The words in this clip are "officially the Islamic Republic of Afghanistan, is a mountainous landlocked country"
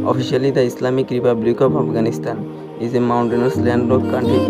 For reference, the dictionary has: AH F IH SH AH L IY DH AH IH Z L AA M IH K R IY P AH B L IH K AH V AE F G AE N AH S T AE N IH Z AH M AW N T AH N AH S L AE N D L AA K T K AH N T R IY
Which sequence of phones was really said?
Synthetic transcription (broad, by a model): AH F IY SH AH L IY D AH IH S L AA M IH K R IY P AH B L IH K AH P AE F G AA N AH S T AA N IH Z AH M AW N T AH N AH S L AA N D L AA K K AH N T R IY